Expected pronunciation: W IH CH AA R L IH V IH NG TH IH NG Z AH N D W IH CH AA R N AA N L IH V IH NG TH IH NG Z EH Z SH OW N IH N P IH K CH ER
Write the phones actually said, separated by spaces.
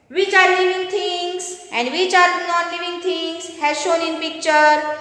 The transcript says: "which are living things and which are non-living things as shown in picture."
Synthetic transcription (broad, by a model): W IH CH AA R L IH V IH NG T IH NG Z AH N D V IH CH AA R N AA N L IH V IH NG T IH NG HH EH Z SH OW N IH N P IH K CH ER